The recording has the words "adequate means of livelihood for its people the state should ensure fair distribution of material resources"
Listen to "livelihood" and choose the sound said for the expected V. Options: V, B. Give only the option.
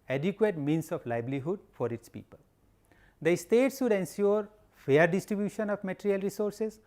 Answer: B